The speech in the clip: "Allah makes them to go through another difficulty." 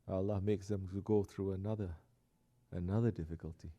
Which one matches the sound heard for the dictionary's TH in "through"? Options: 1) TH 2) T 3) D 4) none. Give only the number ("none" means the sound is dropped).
1